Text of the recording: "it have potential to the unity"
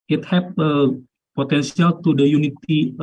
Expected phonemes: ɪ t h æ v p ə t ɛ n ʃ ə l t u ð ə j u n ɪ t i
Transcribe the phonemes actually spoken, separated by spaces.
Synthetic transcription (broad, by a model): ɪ t h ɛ p p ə t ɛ n s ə l t u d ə j u n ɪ t i